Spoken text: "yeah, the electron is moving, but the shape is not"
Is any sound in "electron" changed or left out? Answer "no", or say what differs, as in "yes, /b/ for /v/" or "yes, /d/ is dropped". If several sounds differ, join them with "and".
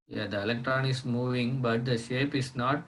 no